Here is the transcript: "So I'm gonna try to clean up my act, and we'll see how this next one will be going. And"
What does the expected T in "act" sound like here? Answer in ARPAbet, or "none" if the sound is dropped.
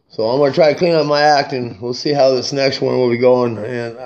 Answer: T